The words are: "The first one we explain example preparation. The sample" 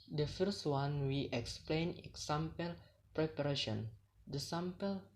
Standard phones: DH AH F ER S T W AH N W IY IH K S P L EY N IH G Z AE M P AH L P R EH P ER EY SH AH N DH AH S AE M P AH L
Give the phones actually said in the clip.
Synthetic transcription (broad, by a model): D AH F ER S T W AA N W IY IH K S P L EY N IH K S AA M P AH L P R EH P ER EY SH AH N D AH S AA M P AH L